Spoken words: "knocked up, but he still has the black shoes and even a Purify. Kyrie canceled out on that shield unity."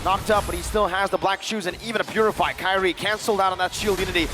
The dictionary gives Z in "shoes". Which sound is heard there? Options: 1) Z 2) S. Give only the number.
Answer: 1